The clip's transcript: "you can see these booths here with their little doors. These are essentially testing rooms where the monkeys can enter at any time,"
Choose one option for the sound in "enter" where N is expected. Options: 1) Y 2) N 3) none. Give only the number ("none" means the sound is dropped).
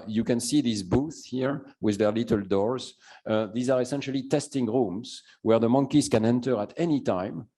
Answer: 2